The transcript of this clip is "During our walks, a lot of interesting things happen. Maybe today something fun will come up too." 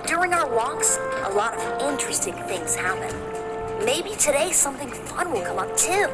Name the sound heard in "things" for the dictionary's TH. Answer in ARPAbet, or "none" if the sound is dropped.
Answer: TH